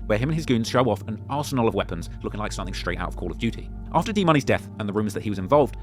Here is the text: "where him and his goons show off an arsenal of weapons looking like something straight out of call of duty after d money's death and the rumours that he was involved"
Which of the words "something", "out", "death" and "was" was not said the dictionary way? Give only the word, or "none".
none